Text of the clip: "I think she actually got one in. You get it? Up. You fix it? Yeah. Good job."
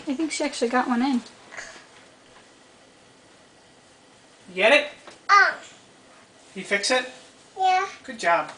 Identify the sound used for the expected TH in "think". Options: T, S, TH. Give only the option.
TH